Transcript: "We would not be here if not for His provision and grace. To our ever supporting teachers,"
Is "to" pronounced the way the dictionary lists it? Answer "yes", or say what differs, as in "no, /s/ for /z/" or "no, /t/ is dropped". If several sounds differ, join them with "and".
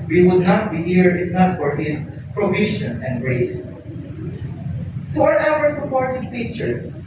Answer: no, /s/ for /t/